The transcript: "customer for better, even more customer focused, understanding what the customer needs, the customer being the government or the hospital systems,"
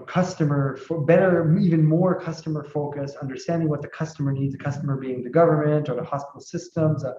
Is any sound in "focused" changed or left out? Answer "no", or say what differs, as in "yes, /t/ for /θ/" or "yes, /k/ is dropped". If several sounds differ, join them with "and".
yes, /t/ is dropped